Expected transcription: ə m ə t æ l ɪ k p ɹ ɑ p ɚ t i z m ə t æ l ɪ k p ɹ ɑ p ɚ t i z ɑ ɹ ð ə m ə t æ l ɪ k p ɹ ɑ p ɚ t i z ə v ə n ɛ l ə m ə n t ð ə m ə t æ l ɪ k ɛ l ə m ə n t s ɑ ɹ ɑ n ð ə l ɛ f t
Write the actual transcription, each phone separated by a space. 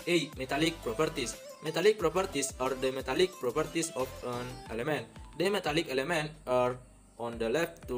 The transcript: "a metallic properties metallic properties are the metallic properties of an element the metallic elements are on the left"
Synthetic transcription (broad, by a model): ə m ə t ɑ l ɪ k p ɹ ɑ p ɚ t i s m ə t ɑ l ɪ k p ɹ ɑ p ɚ t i s ɑ ɹ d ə m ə t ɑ l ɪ k p ɹ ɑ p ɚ t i s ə f ə n ɛ l ə m ə n t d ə m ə t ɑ l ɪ k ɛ l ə m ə n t ɑ ɹ ɑ n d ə l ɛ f t